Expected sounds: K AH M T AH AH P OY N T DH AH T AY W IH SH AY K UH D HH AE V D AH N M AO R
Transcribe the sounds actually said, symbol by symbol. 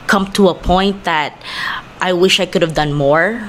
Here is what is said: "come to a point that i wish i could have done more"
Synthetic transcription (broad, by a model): K AH M T AH AH P OY N T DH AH T AY W IH SH AY K UH D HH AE V D AH N M AO R